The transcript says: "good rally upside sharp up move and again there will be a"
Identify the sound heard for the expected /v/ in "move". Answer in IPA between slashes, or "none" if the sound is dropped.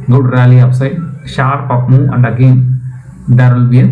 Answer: none